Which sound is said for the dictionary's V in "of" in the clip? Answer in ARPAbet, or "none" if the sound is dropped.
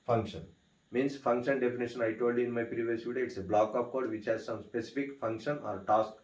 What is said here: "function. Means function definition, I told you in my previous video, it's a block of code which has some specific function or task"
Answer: P